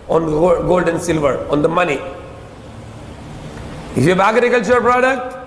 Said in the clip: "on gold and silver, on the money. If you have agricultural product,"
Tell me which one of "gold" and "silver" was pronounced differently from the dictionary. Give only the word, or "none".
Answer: none